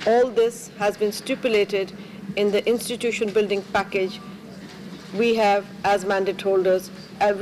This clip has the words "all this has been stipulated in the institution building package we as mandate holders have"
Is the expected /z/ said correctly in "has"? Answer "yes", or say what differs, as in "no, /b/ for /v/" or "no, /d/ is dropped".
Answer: yes